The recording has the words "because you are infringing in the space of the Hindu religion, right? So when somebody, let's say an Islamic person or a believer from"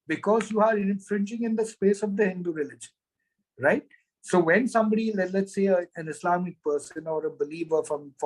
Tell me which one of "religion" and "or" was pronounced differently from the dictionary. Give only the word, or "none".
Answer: none